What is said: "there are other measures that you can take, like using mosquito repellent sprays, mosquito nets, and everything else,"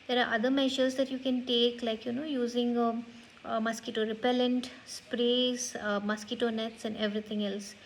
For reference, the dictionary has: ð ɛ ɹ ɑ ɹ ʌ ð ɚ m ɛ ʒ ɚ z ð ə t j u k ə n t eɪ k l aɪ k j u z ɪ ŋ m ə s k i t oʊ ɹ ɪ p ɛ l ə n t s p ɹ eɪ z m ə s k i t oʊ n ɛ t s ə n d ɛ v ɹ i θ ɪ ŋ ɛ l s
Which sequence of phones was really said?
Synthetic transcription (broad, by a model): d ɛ ɹ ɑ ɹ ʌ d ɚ m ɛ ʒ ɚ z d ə t j u k ə n t eɪ k l aɪ k j u z ɪ ŋ m ə s k i t oʊ ɹ ɪ p ɛ l ə n t s p ɹ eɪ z m ə s k i t oʊ n ɛ t s ə n d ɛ v ɹ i t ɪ ŋ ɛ l s